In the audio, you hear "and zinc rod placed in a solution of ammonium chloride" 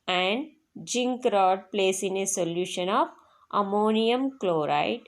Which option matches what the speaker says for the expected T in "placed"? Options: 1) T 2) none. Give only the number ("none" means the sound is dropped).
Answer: 2